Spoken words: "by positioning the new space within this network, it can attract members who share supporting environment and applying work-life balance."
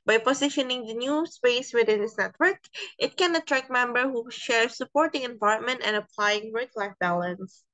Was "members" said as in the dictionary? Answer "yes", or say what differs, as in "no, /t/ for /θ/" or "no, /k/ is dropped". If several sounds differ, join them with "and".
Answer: no, /z/ is dropped